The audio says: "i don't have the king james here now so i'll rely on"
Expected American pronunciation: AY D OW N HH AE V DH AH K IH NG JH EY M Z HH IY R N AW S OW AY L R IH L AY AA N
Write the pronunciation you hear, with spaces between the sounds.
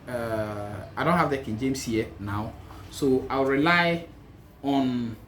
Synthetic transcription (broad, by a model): AY D OW N HH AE V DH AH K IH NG JH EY M S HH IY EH N AW S OW AY W R IH L AY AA N